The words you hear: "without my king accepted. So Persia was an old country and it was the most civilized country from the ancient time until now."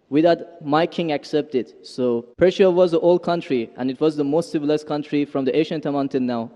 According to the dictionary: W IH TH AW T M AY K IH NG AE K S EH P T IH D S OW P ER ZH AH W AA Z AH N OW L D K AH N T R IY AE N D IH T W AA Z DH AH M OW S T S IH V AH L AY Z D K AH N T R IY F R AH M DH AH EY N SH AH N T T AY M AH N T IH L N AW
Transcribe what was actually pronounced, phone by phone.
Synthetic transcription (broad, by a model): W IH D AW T M AY K IH NG AE K S EH P T IH D S OW P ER SH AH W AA Z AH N OW L D K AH N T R IY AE N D IH T W AA Z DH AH M OW S T S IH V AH L AY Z K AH N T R IY F R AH M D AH EY SH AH N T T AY M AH N T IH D N AW